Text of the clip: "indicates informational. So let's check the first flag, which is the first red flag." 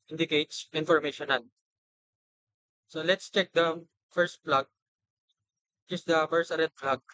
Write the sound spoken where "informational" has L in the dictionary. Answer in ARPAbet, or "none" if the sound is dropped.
N